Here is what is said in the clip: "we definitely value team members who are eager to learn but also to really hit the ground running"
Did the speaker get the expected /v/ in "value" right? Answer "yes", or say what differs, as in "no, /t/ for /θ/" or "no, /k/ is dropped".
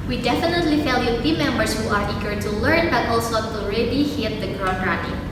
no, /f/ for /v/